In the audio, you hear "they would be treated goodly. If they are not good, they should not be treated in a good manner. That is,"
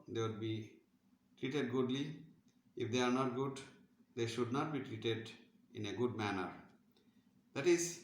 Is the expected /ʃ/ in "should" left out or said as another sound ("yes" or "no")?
no